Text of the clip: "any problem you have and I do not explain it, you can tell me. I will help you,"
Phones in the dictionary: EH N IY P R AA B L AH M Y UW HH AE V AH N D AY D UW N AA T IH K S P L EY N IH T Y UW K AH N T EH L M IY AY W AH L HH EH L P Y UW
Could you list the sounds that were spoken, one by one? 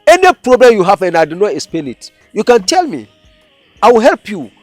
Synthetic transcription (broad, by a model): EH N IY P R AA B L AH M Y UW HH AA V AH N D AY D UW N AA T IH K S P EY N IH T Y UW K AH N T EH L M IY AY W AH L HH EH L P Y UW